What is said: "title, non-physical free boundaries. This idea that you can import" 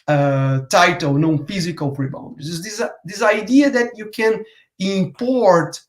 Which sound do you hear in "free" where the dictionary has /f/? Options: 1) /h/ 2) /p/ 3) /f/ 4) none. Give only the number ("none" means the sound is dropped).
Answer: 2